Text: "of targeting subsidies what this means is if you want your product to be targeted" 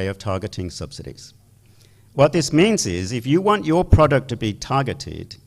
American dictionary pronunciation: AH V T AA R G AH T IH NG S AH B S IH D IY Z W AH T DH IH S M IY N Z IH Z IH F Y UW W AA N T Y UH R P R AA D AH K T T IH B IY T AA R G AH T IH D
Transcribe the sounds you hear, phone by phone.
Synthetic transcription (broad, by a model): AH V T AA R G AH T IH NG S AH B S IH D IY Z W AH T DH IH S M IY N Z IH Z IH F Y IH W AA N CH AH R P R AA D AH K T T IH B IY T AA R G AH T IH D